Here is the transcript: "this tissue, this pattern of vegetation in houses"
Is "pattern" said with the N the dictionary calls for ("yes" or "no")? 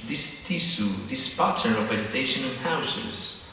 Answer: no